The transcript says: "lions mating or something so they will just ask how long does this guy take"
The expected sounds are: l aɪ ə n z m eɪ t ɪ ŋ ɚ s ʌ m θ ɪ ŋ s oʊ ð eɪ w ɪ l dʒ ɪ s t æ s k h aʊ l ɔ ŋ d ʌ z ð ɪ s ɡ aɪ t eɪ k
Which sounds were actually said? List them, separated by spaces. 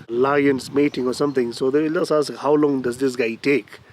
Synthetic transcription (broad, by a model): l aɪ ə n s m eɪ t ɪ ŋ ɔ s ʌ m t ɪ ŋ s oʊ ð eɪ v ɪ l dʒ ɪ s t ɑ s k h aʊ l ɔ ŋ d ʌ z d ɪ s ɡ aɪ t eɪ k